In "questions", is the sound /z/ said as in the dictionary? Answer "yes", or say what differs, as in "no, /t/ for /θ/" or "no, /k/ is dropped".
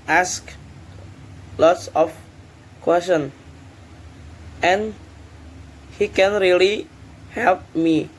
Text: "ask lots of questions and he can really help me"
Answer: no, /z/ is dropped